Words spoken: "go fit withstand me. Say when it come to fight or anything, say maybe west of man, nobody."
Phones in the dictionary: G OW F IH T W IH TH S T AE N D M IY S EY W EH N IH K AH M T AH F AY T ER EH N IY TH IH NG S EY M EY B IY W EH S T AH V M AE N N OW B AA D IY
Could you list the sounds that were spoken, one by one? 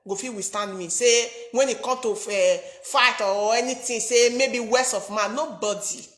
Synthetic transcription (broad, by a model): G OW F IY W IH S T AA N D M IY S EY W EH N IH K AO M T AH F AY T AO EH N IY T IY S EY M EY B IY W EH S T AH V M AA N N OW B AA D IY